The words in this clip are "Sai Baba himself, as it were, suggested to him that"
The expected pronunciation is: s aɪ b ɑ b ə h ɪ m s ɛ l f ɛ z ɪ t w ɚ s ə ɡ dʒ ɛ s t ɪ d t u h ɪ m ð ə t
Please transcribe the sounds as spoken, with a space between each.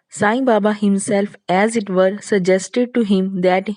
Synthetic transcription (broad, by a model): s aɪ b ɑ b ə h ɪ m s ɛ l f ɛ z ɪ t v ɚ s ə ɡ dʒ ɛ s t ɪ d t u h ɪ m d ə t